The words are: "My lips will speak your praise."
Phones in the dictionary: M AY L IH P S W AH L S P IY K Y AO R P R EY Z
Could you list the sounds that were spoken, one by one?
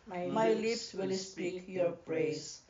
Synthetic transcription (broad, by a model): M AY L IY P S W AH L S P IY K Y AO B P R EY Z